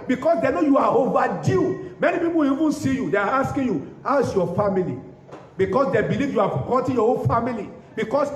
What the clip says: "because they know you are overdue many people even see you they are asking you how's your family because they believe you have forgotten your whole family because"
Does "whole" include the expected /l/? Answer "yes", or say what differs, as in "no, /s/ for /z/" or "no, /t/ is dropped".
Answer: no, /n/ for /l/